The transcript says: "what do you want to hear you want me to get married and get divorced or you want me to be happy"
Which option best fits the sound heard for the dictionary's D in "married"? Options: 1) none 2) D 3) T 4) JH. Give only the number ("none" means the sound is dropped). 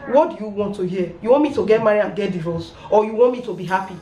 1